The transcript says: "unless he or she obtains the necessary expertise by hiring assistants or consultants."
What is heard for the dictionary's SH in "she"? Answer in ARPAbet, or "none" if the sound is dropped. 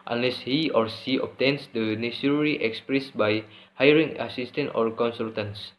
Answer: S